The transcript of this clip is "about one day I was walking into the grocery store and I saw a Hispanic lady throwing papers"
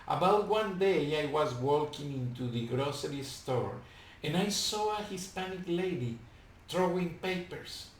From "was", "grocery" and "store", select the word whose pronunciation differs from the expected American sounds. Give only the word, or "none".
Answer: none